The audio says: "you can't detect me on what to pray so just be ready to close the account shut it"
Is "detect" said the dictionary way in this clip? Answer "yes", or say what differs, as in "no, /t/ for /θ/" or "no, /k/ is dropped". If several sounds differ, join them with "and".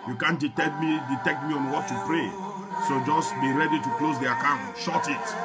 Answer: yes